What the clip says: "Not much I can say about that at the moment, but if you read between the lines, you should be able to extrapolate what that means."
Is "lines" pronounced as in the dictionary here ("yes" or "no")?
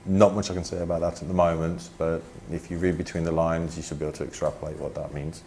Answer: yes